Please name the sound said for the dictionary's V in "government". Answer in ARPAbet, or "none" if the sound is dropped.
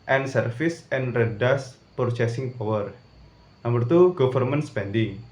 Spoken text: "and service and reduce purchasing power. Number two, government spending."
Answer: F